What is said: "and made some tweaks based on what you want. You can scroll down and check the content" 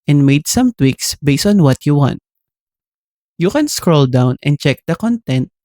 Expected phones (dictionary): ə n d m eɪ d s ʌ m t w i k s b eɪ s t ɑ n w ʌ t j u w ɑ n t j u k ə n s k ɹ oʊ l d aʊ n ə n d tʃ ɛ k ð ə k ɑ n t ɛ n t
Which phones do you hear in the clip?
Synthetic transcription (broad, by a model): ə n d m eɪ d s ʌ m t w i k s b eɪ s t ɑ n w ʌ t j u w ɑ n t j u k ə n s k ɹ oʊ l d aʊ n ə n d tʃ ɛ k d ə k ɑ n t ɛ n t